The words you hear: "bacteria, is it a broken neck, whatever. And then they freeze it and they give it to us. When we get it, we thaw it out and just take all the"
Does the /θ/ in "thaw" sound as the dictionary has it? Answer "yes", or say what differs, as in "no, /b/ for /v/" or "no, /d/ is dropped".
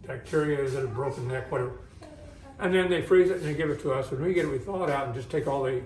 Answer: yes